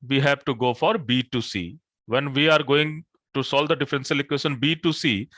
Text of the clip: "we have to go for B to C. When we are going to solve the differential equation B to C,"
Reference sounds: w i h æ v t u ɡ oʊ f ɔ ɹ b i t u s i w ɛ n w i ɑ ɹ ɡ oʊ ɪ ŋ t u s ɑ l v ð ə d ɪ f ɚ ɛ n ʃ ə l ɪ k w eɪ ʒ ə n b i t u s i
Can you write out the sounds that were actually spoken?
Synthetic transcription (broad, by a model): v i h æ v t u ɡ oʊ f ɔ ɹ b i t u s i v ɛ n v i ɑ ɹ ɡ oʊ ɪ ŋ t u s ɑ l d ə d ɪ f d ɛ n s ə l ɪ k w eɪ ʃ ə n b i t u s i